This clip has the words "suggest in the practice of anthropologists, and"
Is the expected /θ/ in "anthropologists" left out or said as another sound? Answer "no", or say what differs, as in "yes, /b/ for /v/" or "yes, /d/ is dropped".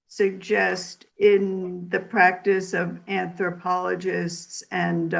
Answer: no